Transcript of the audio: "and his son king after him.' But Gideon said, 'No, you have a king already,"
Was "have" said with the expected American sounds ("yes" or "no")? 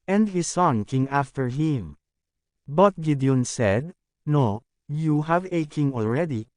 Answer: yes